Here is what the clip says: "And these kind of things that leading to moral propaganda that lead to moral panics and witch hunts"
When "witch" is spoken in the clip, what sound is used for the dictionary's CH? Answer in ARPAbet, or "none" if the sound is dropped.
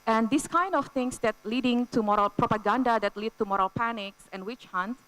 CH